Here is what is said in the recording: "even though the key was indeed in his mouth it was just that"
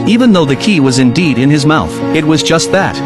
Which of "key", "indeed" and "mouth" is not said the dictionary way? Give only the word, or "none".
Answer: none